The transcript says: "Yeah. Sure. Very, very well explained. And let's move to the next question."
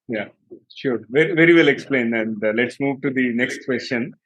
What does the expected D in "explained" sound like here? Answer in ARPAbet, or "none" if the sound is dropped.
none